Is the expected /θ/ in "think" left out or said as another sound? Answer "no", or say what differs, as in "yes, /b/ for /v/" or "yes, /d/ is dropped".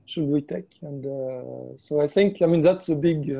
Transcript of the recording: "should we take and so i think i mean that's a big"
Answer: no